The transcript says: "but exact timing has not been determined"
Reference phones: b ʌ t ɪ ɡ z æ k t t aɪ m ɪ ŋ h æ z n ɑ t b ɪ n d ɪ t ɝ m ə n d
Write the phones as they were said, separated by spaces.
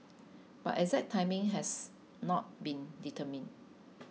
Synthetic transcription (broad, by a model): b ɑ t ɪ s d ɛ t t aɪ m ɪ ŋ h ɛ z n ɑ t b ɪ n d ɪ t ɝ m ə n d